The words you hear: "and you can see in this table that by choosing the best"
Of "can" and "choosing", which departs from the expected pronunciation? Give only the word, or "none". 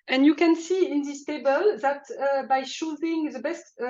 choosing